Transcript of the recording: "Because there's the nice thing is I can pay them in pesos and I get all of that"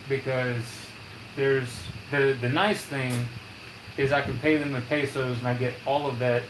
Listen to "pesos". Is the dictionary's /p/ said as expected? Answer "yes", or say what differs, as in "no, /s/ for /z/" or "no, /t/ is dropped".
yes